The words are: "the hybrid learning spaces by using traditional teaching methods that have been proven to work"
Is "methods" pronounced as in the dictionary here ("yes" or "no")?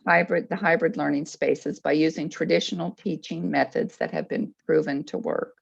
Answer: yes